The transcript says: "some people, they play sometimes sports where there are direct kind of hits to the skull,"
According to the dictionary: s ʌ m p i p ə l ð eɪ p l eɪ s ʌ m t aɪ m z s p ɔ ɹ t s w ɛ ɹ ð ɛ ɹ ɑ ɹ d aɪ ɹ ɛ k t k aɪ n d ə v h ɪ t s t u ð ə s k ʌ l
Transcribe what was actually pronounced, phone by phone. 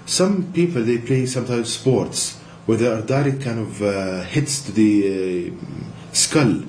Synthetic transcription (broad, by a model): s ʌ m p i p ə l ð eɪ p l eɪ s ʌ m t aɪ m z s p ɔ ɹ t s w ɛ ɹ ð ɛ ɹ ɑ ɹ d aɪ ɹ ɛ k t k aɪ n d ə v h ɪ t s t u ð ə s k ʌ l